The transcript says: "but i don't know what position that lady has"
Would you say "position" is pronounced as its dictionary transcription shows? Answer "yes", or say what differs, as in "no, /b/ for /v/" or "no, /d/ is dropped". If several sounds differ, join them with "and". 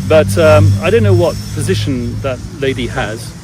yes